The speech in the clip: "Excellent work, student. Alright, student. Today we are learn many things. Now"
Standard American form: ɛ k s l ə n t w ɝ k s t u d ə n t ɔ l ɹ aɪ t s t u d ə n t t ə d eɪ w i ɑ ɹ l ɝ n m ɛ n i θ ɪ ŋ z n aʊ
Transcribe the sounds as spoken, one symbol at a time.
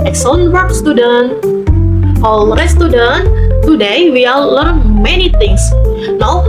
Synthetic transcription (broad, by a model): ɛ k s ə n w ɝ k s t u d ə n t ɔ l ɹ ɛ s t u d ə n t t ə d eɪ w i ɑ l l ɝ n m ɛ n i t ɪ ŋ s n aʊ